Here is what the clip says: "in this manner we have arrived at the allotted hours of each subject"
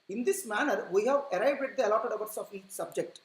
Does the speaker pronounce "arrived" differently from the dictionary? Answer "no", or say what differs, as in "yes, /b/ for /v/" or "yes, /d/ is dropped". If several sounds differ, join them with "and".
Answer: yes, /b/ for /v/